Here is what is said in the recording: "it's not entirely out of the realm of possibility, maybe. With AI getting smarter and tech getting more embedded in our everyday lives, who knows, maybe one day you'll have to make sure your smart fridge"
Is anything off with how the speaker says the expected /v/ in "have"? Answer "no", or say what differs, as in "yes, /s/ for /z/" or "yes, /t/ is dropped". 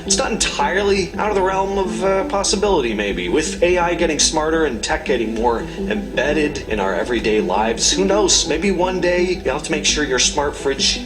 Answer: yes, /f/ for /v/